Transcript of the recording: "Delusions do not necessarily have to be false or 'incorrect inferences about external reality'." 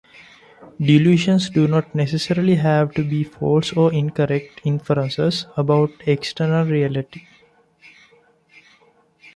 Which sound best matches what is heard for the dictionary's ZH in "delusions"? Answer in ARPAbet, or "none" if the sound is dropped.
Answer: SH